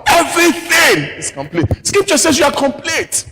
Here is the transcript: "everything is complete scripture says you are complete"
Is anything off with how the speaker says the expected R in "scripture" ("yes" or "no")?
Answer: yes